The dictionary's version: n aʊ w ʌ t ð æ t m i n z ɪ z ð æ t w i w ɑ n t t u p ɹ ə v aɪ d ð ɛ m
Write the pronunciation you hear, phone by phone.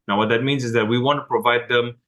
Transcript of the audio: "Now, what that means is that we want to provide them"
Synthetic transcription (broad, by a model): n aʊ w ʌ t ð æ t m i n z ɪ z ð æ t w i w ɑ n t t u p ɹ ə v aɪ d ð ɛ m